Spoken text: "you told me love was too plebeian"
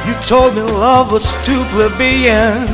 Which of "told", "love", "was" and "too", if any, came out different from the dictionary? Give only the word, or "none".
was